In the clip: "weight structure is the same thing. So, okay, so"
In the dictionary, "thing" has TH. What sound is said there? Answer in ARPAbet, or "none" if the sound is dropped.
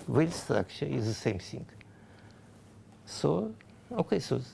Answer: S